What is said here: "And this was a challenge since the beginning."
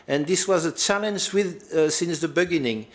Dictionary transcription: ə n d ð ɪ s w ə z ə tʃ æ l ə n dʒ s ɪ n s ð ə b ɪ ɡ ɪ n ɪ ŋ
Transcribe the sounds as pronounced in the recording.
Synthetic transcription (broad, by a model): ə n ð ɪ s w ə z ə tʃ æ l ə n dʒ s ɪ n s ð ə b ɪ ɡ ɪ n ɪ ŋ